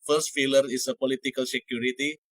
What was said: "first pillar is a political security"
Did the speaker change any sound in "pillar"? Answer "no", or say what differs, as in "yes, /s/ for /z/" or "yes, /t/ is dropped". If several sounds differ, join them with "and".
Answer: yes, /f/ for /p/